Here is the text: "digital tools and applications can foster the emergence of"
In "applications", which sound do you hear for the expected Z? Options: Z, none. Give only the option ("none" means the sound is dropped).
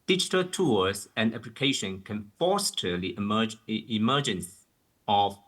none